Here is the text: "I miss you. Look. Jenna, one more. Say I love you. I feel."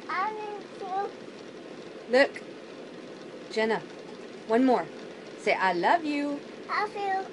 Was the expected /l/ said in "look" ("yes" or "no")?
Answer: yes